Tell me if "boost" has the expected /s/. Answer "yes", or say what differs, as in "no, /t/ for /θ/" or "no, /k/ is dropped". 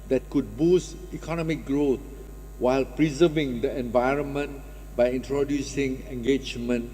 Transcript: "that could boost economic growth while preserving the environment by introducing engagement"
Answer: yes